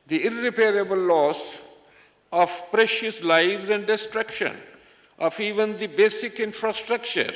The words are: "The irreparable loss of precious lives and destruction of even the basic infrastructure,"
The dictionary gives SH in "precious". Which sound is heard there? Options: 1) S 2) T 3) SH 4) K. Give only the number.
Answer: 3